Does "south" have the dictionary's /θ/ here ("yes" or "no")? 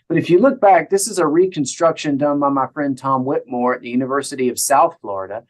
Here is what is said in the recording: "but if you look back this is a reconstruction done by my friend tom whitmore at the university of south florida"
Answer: yes